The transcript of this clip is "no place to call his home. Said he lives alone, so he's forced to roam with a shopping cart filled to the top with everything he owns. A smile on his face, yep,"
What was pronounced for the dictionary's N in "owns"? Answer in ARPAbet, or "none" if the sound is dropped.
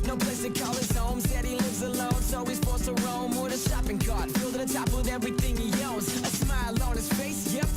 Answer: L